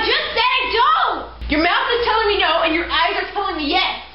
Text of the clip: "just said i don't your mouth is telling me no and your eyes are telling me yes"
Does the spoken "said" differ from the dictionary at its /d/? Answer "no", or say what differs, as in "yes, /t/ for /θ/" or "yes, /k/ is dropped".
yes, /d/ is dropped